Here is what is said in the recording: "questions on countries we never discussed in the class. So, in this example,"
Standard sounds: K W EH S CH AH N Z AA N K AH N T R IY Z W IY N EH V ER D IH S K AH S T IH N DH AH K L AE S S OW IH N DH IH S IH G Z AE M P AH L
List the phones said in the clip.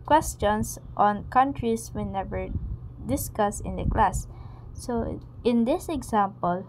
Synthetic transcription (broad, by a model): K W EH S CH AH N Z AA N K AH N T R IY S W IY N EH V ER D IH S K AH S IH N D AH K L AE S S OW IH N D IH S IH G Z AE M P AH L